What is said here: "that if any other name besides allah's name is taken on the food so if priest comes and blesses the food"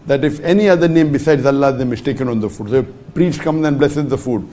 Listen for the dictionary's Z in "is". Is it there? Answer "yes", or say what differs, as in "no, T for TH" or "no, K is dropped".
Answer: no, S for Z